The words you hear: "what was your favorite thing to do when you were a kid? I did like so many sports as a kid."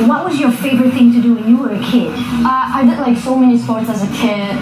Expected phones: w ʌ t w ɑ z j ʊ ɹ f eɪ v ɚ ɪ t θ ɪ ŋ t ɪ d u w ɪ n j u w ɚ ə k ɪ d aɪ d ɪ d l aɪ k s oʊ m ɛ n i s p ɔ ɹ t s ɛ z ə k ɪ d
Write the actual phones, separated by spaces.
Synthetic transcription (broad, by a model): w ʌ t w ɑ z j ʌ ɹ f eɪ v ɚ ɪ t θ ɪ ŋ t ɪ d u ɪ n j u w ɚ ə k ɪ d aɪ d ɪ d l aɪ k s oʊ m ɛ n i s p ɔ ɹ t s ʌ z ə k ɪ